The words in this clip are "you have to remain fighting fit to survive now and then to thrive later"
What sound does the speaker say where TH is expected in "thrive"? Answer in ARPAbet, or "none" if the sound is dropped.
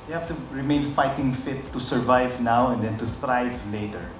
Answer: T